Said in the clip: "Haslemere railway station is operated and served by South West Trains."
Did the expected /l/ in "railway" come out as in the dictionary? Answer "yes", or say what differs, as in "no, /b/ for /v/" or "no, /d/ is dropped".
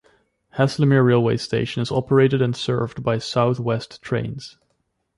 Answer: yes